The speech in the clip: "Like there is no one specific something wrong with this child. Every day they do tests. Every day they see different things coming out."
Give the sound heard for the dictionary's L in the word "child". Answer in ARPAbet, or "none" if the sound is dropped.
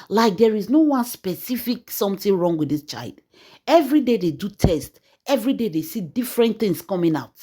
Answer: L